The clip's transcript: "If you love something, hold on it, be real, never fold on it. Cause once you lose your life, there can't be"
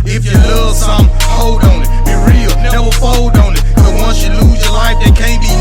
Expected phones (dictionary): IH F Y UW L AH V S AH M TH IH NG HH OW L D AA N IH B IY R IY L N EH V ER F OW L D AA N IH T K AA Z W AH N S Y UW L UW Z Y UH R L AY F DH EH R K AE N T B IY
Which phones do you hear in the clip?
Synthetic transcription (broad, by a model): IH F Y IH L AH V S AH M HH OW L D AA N IH R IY L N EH W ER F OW L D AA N IH T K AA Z W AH N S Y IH L UW Z Y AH R L AY F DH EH K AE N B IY